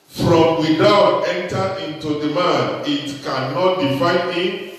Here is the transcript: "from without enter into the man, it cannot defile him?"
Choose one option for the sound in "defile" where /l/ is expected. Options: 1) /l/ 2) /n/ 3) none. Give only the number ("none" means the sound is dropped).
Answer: 2